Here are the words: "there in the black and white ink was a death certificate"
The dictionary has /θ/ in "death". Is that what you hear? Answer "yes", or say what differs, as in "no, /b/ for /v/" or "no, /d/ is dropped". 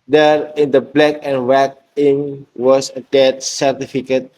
no, /t/ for /θ/